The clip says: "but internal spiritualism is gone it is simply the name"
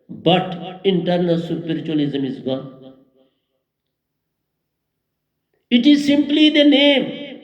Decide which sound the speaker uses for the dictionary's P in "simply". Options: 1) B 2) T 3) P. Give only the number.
3